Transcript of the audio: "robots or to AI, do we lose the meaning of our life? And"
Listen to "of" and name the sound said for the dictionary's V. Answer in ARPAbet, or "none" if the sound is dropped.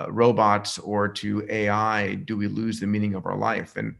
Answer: V